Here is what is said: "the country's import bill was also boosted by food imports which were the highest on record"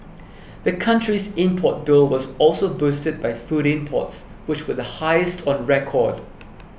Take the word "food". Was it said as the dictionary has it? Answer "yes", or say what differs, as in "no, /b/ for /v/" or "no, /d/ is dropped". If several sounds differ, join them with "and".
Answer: yes